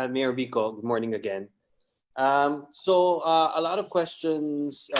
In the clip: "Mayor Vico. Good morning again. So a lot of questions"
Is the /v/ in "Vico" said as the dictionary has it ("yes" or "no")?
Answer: no